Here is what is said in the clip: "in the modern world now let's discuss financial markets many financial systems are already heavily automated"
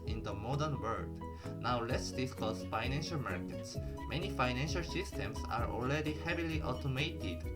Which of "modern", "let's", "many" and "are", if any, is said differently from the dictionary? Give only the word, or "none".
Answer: none